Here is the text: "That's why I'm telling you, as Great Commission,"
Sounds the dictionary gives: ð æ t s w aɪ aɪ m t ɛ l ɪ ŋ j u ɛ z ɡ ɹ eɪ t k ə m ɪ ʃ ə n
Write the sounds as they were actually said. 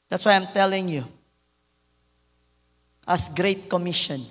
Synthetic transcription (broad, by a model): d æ t s w aɪ aɪ m t ɛ l ɪ ŋ j u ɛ s ɡ ɹ eɪ t k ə m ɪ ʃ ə n